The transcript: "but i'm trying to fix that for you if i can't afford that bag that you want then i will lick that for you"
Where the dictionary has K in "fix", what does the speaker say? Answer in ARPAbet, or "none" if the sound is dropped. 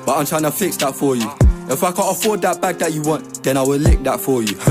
K